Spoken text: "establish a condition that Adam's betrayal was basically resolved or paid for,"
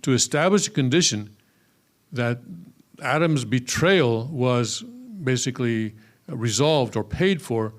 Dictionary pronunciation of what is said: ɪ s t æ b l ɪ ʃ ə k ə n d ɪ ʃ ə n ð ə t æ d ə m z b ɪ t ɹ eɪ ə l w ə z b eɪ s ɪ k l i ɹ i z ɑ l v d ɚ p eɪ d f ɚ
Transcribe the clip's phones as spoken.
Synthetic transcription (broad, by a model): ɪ s t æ b l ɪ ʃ ə k ə n d ɪ ʃ ə n ð ə t æ d ə m z b ɪ t ɹ eɪ ə l w ə z b eɪ s ɪ k l i ɹ i z ɑ l v d ɚ p eɪ d f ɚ